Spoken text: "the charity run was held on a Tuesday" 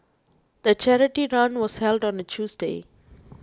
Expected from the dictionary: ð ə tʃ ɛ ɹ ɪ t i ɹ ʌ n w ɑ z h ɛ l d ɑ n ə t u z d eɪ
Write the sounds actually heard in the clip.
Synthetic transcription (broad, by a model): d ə tʃ ɛ ɹ ɪ t i ɹ ʌ n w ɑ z h ɛ l d ɑ n ə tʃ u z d eɪ